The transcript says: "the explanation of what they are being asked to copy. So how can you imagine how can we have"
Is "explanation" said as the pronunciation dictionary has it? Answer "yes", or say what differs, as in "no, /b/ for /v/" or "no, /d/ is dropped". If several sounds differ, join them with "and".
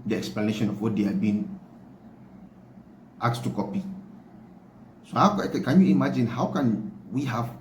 yes